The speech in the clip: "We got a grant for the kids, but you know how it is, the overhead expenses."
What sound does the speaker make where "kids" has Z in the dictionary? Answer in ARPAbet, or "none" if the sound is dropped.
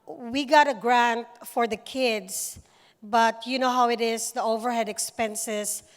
S